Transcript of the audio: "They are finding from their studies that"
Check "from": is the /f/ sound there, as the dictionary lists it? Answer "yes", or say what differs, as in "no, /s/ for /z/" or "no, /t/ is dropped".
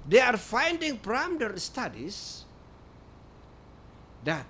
no, /p/ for /f/